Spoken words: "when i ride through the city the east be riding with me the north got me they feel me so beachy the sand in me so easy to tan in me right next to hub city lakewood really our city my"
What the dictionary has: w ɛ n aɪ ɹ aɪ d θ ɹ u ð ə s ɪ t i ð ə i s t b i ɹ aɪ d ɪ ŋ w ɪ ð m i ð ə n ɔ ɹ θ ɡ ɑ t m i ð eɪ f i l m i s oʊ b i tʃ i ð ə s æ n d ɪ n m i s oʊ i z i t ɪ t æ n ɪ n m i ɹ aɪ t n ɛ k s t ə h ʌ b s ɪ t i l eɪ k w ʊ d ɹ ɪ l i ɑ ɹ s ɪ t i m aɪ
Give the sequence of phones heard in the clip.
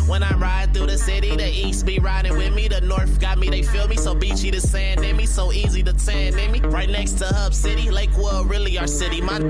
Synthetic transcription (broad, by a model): w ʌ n aɪ ɹ aɪ d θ u ð ə s ɪ t i ð ə i s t b i ɹ aɪ d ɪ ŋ w ɪ ð m i ð ə n ɔ ɹ θ ɡ ɑ t m i ð eɪ f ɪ l m i s oʊ b i tʃ i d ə s æ n d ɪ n m i s oʊ i z i t ɪ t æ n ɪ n m i ɹ aɪ t n ɛ k s t ə h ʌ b s ɪ t i l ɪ k w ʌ ɹ ɪ l i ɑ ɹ s ɪ t i m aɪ